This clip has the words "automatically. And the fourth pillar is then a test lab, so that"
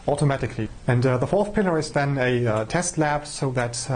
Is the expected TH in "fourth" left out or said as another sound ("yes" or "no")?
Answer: no